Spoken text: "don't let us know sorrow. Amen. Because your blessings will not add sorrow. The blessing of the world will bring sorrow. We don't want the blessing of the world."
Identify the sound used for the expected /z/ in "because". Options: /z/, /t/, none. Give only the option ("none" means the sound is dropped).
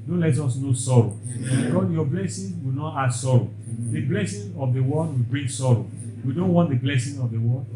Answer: none